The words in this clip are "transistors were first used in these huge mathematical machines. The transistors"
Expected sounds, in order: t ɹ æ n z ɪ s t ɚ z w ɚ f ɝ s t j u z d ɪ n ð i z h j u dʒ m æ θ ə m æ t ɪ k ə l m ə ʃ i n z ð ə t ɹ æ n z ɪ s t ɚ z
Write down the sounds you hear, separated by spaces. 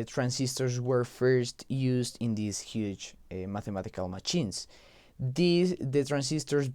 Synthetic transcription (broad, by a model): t ɹ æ n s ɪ s t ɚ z w ɚ f ɝ s t j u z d ɪ n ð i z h j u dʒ m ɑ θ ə m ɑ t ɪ k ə l m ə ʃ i n s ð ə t ɹ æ n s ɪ s t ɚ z